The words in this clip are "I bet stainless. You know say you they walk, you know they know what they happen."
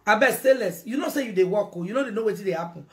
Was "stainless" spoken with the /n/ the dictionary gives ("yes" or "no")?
no